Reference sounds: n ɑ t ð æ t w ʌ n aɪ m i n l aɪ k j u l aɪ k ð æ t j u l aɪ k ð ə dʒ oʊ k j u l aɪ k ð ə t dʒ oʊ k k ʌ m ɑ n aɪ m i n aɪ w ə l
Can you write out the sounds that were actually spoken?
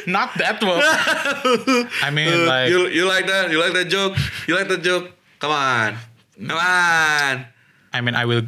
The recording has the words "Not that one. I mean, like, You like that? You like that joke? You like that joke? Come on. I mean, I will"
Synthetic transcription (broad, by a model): n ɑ t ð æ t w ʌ aɪ m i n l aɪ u j u l aɪ k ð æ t j u l aɪ k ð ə dʒ oʊ k j u l aɪ k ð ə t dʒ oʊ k k ʌ m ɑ n aɪ m i n aɪ w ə l